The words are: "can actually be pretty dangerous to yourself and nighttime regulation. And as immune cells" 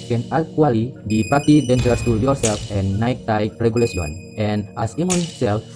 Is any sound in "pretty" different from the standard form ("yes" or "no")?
yes